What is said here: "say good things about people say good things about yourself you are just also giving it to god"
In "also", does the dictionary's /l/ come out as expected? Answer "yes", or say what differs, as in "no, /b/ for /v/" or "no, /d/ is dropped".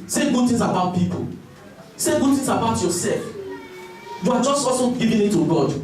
no, /l/ is dropped